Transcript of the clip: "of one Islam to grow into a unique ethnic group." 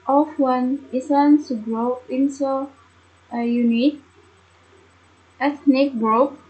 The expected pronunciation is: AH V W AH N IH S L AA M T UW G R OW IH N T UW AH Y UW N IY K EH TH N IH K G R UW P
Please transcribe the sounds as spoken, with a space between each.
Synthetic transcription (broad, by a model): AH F W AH N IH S AA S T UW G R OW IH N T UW AH Y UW N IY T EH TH N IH K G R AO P